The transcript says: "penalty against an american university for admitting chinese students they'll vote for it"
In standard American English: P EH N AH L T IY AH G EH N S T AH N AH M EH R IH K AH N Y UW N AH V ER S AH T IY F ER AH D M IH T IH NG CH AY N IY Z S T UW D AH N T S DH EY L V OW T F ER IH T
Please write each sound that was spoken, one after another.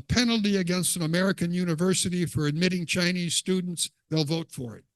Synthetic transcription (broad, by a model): P EH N L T IY AH G EH N S T AH N AH M EH R IH K AH N Y UW N AH V ER S AH T IY F ER AH D M IH T IH NG CH AY N IY Z S T UW D N T S DH EY L V OW T F ER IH T